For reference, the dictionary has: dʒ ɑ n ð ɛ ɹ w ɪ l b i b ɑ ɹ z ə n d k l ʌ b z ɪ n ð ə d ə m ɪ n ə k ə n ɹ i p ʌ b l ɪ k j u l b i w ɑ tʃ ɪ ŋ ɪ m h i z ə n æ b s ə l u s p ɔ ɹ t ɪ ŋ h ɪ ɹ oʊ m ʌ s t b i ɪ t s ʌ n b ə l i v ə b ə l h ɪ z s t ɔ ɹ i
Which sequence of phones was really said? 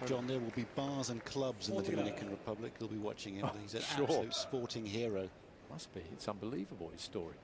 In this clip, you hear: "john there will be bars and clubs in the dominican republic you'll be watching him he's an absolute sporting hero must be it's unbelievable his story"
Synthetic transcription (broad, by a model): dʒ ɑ n ð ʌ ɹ w ɪ l b i b ɑ z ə n k l ʌ b z ɪ n ð ə d ə m ɪ n ə k ə n ɹ i p ʌ b l ɪ k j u l b i w ɑ tʃ ɪ ŋ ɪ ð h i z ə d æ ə ʊ s p ɔ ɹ t ɪ ŋ h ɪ ɹ oʊ m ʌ s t b i ɪ t s ʌ n b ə l i v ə b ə l h ɪ z s t ɔ ɹ i